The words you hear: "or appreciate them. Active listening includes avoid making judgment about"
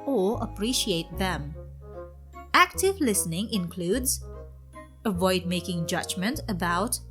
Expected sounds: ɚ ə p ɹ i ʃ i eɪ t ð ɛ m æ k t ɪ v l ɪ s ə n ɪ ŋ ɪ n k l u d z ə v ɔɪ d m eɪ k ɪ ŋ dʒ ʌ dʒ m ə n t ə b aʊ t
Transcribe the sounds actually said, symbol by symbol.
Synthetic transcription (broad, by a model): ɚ ə p ɹ i ʃ i eɪ t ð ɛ m æ k t ɪ v l ɪ s ə n ɪ ŋ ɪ n k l u d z ə v ɔɪ d m eɪ k ɪ ŋ dʒ ʌ dʒ m ə n t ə b aʊ t